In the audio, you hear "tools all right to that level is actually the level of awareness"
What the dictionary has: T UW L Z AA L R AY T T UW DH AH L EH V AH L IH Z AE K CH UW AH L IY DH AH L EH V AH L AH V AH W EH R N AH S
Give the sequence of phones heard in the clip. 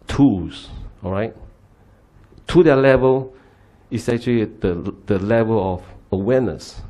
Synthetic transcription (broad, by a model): T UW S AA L R AY T T UW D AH L EH V AH L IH S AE K CH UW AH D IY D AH L EH V AH L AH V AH W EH N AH S